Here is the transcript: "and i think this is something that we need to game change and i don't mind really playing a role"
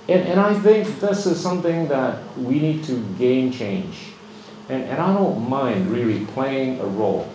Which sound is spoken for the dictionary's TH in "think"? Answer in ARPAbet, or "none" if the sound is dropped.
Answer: TH